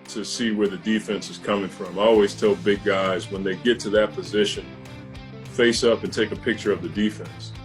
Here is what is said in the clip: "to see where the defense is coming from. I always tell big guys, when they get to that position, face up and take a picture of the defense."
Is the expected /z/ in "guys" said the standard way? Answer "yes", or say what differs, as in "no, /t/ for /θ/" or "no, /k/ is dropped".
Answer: yes